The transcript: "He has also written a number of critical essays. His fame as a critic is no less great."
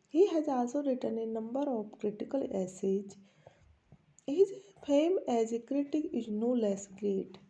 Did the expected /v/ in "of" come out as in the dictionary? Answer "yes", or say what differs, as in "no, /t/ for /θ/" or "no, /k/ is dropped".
no, /p/ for /v/